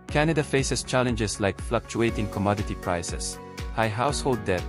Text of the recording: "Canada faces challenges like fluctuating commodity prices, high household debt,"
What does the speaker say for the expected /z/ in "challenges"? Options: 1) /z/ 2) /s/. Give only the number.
2